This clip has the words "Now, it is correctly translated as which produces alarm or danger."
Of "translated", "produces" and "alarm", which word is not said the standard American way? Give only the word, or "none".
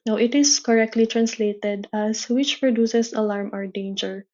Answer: produces